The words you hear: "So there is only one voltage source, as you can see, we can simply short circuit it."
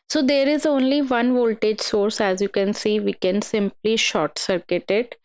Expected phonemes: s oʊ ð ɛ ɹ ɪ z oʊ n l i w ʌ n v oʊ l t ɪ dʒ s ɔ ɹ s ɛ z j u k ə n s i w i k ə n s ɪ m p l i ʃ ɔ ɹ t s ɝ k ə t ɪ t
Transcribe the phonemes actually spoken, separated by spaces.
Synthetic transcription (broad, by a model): s oʊ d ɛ ɹ ɪ z oʊ n l i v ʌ n v oʊ l t ɪ dʒ s ɔ ɹ s ɛ z j u k ə n s i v i k ə n s ɪ m p l i ʃ ɔ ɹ t s ɝ k ə t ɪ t